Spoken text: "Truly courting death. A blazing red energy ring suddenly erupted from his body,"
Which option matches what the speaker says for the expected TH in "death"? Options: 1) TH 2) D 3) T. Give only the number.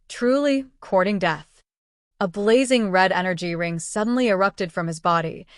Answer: 1